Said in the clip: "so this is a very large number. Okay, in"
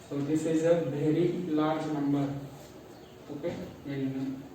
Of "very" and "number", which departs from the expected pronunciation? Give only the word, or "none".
very